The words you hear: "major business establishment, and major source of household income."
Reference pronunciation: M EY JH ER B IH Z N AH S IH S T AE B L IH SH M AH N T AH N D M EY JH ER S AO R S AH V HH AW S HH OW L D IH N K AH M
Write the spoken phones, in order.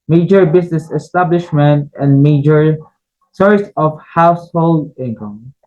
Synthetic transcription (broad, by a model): M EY JH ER B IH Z N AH S IH S T AE B L IH SH M AH N T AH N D M EY JH ER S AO R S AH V HH AW S HH OW L D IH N K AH M